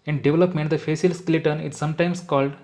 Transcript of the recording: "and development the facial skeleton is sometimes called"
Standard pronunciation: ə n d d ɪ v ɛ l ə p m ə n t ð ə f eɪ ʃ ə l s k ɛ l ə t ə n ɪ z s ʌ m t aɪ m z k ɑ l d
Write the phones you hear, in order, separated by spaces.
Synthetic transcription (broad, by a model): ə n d d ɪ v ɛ l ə p m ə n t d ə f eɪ s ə l s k l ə t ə n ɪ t s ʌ m t aɪ m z k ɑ l d